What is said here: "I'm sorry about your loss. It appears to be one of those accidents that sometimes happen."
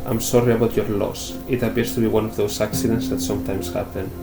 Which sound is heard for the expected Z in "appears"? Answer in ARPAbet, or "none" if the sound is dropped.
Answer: S